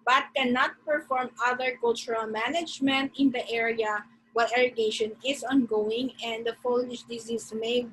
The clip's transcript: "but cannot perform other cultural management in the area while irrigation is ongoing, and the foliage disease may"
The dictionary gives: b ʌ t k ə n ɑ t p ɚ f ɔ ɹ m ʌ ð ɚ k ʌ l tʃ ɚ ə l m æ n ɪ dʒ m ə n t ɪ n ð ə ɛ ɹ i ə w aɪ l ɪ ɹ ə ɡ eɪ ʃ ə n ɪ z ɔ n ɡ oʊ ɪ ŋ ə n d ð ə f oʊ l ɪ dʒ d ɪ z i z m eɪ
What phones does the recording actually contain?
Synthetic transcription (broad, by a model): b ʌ t k ə n ɑ t p ɚ f ɔ ɹ m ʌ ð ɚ k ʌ l tʃ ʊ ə l m æ n ɪ dʒ m ə n t ɪ n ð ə ɛ ɹ i ə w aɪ l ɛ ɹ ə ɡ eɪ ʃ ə n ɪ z ɔ n ɡ oʊ ɪ ŋ ə n d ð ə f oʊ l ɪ ʃ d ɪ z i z m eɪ